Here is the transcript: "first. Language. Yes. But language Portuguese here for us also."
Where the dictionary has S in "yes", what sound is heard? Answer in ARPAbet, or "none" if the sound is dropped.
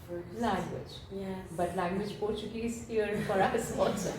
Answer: none